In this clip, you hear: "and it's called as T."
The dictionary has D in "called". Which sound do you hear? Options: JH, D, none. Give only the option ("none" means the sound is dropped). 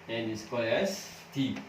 none